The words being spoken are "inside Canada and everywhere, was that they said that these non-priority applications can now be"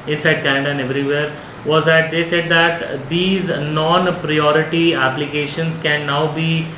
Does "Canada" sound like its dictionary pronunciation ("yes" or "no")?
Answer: no